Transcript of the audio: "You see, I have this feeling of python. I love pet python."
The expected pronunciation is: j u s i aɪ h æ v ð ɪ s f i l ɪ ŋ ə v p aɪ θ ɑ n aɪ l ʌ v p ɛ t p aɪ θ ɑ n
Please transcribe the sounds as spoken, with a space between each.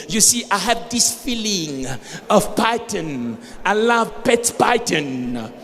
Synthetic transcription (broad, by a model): j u s i aɪ h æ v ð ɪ s f i l ɪ ŋ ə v p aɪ t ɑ n aɪ l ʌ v p ɛ t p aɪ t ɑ n